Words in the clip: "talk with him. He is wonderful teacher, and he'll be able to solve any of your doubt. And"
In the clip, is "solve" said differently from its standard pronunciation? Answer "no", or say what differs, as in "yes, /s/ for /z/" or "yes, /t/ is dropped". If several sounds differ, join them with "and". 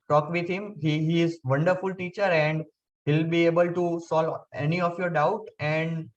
yes, /v/ is dropped